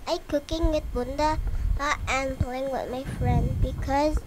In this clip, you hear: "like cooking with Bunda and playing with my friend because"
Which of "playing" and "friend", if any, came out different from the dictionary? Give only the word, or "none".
none